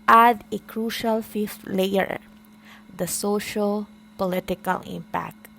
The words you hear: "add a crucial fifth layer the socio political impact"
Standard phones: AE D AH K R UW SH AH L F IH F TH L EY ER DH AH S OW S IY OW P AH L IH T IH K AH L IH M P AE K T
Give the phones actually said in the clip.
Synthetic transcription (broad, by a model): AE D AH K R UW SH AH L F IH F T L EY ER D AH S OW SH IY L P AH L IH T IH K AH L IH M P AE K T